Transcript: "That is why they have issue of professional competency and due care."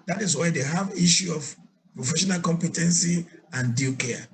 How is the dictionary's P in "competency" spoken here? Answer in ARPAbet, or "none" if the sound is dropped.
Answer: P